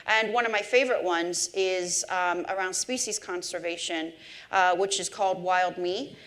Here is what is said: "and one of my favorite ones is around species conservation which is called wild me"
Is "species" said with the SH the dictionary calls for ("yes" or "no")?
yes